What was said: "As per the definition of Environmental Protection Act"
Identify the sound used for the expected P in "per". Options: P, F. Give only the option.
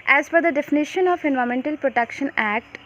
F